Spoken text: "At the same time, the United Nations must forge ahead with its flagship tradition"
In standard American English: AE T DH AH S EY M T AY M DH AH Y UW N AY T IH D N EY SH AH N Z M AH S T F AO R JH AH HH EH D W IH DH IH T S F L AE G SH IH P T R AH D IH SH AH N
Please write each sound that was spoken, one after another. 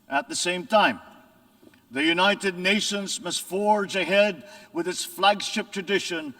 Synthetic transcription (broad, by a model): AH T DH AH S EY M T AY M DH AH Y UW N AY T IH D N EY SH AH N Z M AH S T F AO R JH AH HH EH D W IH DH IH T S F L AE G SH IH P T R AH D IH SH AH N